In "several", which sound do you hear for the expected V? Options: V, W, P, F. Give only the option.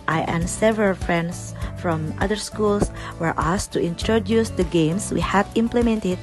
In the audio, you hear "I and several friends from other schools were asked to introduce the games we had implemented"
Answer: V